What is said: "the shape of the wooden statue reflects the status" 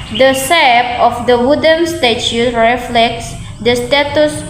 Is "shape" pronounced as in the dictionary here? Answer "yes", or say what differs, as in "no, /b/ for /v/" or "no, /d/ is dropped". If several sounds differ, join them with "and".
no, /s/ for /ʃ/